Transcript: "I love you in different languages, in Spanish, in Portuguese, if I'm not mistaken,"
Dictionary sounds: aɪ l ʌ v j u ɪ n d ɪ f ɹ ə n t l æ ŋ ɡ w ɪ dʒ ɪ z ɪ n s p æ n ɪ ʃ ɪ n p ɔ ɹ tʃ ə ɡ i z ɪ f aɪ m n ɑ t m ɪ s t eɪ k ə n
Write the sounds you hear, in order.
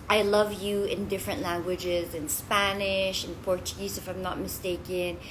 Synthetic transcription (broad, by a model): aɪ l ʌ v j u ɪ n d ɪ f ɹ ə n t l æ ŋ ɡ w ɪ dʒ ɪ z ɪ n s p æ n ɪ ʃ ɪ n p ɔ ɹ tʃ ə ɡ i z ɪ f aɪ m n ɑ t m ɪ s t eɪ k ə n